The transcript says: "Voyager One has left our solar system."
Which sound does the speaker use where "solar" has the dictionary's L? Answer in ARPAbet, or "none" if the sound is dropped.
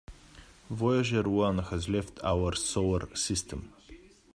W